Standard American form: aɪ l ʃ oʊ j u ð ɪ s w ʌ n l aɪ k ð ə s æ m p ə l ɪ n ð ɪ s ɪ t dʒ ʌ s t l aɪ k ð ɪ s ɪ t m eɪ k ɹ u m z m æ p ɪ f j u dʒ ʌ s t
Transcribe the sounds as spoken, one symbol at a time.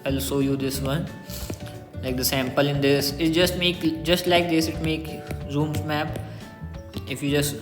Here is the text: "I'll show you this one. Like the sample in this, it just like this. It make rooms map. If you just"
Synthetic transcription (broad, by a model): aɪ l s oʊ j u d ɪ s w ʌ n l aɪ k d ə s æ m p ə l ɪ n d ɪ s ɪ t dʒ ʌ s t l aɪ k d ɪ s ɪ t m eɪ k ɹ u m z m æ p ɪ f j u dʒ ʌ s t